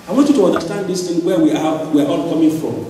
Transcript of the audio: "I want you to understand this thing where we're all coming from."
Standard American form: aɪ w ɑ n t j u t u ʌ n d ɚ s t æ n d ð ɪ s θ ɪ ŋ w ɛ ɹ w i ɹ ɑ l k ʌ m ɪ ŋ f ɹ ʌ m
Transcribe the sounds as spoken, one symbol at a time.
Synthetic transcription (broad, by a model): aɪ w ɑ n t j u t u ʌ n d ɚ s t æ n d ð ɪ s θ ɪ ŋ w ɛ w w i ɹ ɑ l k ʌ m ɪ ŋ f ɹ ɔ m